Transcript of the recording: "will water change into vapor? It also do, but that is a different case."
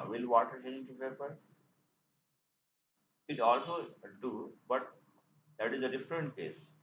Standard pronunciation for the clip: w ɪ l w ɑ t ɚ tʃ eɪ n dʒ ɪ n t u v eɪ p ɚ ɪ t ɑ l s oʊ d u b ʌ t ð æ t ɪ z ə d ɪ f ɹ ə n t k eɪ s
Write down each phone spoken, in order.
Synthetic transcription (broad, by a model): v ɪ l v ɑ t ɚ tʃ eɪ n ɪ t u p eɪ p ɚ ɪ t ɑ l s oʊ d u b ʌ t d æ t ɪ z ə d ɪ f ɹ ə n t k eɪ s